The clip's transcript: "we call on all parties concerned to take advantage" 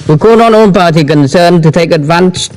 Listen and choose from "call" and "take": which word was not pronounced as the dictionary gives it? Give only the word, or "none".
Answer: call